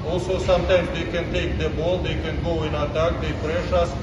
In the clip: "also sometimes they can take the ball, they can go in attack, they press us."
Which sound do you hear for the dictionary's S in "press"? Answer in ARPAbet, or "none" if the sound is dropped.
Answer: SH